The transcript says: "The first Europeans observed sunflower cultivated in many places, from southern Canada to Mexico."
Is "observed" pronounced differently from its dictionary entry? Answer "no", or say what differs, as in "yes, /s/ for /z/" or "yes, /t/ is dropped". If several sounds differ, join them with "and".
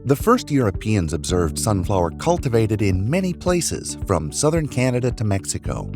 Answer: no